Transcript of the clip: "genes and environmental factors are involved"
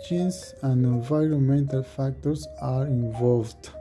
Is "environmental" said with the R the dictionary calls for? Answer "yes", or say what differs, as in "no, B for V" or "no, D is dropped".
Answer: yes